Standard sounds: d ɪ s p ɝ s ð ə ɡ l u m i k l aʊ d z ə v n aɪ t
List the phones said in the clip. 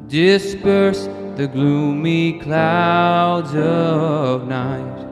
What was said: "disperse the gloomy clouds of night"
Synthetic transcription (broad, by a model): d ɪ s p ɝ s ð ə ɡ l u m i k l aʊ d z ə v n aɪ t